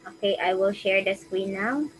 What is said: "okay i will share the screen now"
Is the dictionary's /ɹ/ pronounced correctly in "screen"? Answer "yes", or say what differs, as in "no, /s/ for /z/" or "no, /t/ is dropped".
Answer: no, /w/ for /ɹ/